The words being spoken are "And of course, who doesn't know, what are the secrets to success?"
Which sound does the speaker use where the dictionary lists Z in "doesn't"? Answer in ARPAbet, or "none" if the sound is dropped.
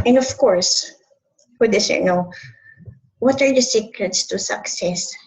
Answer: S